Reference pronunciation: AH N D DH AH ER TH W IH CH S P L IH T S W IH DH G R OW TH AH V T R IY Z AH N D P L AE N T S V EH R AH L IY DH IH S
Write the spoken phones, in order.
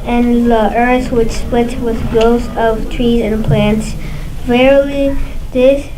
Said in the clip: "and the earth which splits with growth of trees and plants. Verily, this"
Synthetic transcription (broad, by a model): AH N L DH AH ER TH W IH CH S P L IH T W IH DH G OW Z AH V T R IY Z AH N P L AE N T S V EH R L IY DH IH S